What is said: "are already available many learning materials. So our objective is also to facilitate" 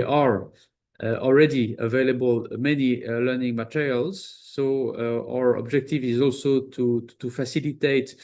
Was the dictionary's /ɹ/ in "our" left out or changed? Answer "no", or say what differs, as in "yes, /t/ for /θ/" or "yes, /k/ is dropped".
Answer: no